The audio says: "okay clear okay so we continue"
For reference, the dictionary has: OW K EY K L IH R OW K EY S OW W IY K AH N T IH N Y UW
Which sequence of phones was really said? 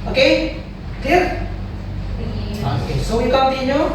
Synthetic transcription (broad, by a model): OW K EY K IH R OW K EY S OW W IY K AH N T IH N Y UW